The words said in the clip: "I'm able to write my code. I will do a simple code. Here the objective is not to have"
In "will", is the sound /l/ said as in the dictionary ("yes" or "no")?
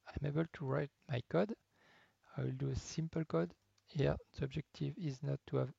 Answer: yes